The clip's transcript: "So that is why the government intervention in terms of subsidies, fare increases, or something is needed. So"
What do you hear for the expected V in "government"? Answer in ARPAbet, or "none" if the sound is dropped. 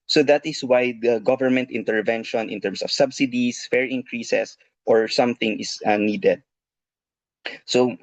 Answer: V